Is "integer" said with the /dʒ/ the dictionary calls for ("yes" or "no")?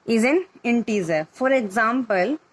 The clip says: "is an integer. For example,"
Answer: no